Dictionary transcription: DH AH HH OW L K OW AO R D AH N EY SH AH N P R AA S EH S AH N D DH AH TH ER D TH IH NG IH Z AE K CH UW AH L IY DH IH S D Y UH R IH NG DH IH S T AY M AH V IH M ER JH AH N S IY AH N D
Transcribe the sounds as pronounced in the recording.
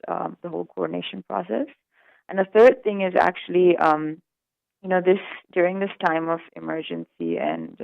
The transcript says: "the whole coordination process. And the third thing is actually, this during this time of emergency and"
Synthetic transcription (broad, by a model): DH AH HH OW L K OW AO R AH N EY SH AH N P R AA S EH S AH N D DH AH TH ER D TH IH NG IH Z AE K CH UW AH N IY DH IH S D Y UH R IH NG DH IH S T AY M AH V IH M ER JH AH N S IY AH N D